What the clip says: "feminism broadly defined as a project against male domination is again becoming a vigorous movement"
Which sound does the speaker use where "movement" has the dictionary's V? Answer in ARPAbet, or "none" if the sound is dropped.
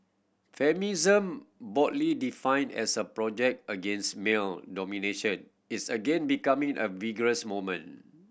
none